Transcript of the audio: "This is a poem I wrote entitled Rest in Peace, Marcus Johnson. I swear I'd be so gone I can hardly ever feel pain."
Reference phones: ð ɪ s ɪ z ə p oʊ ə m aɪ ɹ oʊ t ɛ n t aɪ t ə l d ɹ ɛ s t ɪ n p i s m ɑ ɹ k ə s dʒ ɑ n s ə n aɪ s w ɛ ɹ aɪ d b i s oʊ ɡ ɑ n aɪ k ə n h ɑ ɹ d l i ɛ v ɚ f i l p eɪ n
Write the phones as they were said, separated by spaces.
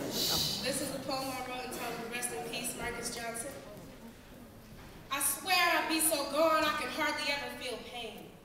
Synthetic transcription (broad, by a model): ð ɪ s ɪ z ə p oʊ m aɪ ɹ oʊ ɛ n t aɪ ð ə ɹ ɛ s t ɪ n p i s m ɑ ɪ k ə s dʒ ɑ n s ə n aɪ s w ɛ ɹ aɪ b i s oʊ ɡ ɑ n aɪ k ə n h ɑ ɹ d l i ɛ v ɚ f i l p eɪ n